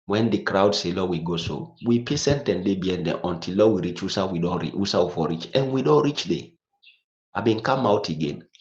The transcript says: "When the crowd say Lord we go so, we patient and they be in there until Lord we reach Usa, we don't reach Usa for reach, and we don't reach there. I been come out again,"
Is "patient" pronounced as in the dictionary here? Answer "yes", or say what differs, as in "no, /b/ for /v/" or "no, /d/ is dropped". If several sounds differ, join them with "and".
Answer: no, /s/ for /ʃ/